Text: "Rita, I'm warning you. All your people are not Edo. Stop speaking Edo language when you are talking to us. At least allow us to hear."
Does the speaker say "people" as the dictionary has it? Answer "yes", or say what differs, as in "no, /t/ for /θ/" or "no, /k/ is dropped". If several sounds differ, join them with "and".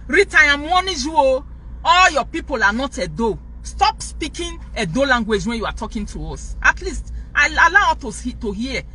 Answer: yes